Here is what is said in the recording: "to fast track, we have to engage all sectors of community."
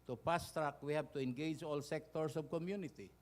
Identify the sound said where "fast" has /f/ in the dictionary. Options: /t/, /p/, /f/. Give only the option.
/p/